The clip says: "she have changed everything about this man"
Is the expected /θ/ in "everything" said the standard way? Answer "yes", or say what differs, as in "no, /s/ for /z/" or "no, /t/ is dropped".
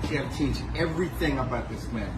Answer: yes